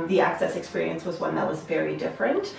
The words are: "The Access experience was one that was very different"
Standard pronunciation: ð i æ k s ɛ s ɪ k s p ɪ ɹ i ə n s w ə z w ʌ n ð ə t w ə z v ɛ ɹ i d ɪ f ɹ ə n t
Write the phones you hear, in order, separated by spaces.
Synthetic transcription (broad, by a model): ð i æ k s ɛ s ɪ k s p ɪ ɹ i ə n s w ə z w ʌ n ð ə t w ə z v ɛ ɹ i d ɪ f ɹ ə n t